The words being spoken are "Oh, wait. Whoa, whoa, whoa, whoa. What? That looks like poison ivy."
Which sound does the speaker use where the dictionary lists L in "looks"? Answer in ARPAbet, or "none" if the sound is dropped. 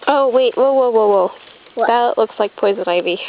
L